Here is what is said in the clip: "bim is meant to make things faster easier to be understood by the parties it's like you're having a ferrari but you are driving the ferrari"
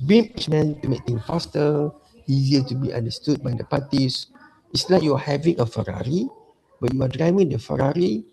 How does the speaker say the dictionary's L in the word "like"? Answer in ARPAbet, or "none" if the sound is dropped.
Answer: N